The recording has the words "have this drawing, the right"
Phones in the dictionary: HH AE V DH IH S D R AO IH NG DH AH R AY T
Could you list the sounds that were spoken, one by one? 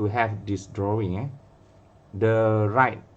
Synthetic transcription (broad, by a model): HH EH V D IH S D R AO IH NG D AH R AY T